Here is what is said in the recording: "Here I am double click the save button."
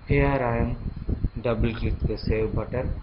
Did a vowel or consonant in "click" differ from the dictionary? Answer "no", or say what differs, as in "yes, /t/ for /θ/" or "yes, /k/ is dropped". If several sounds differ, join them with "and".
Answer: yes, /l/ is dropped